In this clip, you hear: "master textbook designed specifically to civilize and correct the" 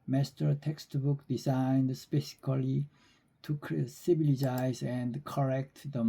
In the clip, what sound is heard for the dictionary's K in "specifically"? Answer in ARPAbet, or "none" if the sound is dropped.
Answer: none